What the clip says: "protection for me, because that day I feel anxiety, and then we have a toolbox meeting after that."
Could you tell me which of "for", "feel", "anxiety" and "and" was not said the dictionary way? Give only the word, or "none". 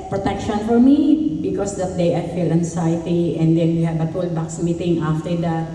anxiety